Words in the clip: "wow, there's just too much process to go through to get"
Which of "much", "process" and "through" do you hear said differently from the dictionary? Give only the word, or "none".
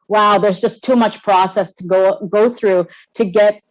none